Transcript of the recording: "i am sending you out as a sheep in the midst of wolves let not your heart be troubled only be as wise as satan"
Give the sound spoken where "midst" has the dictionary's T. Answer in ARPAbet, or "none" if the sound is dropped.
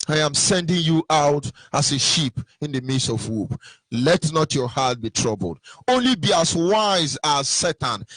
none